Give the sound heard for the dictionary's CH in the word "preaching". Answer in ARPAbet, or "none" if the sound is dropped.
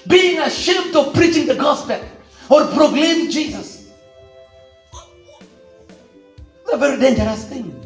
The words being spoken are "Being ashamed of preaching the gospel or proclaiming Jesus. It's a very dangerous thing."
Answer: CH